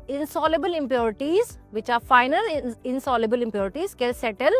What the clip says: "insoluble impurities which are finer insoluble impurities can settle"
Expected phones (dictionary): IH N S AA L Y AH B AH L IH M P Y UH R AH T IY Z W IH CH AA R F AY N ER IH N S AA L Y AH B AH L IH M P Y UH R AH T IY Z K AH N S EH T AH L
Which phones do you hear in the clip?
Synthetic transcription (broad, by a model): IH N S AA L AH B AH L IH M P Y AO R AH T IY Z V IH CH AA R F AY N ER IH N S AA L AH B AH L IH M P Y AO R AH T IY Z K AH L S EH T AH L